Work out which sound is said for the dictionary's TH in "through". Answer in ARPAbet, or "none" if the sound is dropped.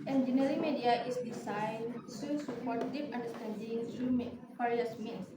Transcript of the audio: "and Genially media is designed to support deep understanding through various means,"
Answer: T